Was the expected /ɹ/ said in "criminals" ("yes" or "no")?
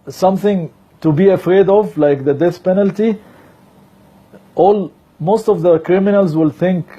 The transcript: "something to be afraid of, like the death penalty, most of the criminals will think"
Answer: yes